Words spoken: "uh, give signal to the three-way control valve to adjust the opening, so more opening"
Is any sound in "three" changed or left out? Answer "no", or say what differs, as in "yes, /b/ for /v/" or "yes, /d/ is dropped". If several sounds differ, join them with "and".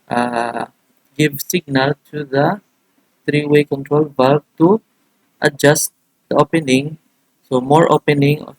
yes, /t/ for /θ/